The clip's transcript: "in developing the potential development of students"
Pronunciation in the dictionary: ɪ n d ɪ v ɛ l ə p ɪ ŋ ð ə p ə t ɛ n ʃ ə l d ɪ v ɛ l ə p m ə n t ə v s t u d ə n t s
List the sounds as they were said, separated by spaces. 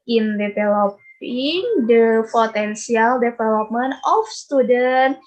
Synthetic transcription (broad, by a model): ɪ n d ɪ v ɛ l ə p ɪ ŋ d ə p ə t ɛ n s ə l d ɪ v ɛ l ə p m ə n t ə f s t u d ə n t